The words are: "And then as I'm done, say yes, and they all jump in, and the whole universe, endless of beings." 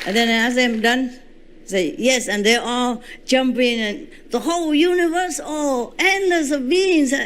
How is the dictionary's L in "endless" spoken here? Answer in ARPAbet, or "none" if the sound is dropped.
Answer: none